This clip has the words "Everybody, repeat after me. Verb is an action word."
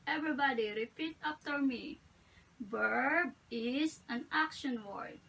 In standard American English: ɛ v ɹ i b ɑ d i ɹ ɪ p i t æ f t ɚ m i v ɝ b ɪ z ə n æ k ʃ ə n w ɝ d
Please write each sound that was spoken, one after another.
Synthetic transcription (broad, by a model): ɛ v ɹ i b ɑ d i ɹ ɪ p i t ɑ p t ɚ m i b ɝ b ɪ s ə n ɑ k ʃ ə n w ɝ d